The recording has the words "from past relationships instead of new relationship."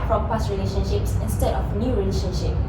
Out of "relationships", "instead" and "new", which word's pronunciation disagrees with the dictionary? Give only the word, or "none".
none